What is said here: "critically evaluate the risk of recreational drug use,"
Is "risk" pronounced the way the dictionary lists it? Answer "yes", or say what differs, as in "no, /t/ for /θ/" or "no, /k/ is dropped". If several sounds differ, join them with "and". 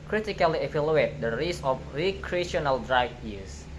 no, /k/ is dropped